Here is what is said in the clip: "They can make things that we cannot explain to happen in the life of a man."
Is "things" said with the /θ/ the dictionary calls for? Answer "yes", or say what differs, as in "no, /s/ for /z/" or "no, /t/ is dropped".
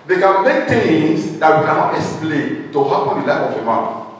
no, /t/ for /θ/